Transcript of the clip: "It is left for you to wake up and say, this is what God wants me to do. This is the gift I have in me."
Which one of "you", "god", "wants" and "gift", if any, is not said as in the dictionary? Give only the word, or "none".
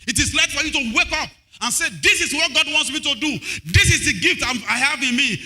none